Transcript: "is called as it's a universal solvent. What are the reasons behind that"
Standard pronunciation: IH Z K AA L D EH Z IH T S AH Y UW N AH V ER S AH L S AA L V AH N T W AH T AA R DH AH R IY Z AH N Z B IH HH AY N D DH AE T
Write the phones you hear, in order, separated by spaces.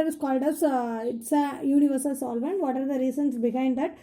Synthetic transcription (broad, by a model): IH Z K AA L D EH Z IH T S AH Y UW N AH V ER S AH L S AA L V AH N T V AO T AA R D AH R IY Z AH N S B IH HH AY N D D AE T